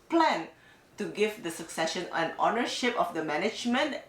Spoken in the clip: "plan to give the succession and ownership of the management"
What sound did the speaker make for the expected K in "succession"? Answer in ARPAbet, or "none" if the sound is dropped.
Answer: K